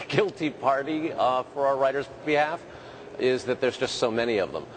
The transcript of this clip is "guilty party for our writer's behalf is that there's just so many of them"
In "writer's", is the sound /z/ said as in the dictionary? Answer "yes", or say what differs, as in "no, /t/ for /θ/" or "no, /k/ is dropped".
yes